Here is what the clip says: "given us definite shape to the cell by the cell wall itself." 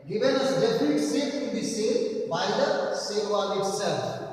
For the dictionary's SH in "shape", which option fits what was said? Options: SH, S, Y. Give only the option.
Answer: S